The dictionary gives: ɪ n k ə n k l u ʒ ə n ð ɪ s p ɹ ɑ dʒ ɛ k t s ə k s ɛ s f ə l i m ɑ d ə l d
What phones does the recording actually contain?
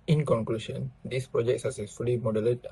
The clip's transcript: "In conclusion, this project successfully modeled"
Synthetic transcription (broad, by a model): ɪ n k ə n k l u ʃ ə n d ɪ s p ɹ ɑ dʒ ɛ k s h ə s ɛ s f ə l i m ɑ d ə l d